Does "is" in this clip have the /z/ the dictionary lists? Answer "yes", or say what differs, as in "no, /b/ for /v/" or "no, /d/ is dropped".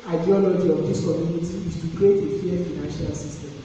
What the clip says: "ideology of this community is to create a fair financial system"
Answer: no, /s/ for /z/